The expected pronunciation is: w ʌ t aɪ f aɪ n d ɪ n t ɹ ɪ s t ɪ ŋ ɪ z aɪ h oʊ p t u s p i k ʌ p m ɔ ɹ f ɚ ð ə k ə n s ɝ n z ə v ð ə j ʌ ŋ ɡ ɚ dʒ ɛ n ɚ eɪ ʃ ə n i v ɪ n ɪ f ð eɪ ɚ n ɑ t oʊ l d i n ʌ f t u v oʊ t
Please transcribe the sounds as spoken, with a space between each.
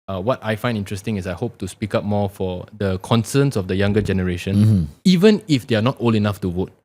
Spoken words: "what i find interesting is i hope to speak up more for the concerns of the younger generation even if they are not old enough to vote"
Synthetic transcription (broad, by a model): w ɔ t aɪ f aɪ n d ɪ n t ɹ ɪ s t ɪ ŋ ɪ s aɪ h oʊ p t u s p i k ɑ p m ɔ f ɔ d ə k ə n s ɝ n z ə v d ə j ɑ ŋ ɡ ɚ dʒ ɛ n ɚ eɪ ʃ ə n i v ɪ n ɪ f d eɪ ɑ n ɑ t oʊ l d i n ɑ f t u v oʊ t